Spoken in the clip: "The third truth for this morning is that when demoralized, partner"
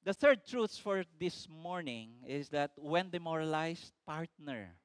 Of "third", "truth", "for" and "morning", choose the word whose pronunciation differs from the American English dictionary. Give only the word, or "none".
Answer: truth